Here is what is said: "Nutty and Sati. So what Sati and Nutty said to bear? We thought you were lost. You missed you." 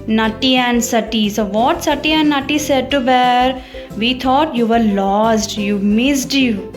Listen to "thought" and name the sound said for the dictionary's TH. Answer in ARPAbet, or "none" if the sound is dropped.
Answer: T